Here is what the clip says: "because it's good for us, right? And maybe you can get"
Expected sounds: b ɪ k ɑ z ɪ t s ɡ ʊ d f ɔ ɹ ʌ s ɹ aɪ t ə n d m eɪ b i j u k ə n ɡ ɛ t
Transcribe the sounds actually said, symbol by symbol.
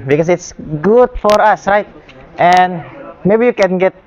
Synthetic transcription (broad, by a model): b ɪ k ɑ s ɪ t s ɡ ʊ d f ɔ ɹ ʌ s ɹ aɪ t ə n m eɪ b i j u k ə n ɡ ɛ t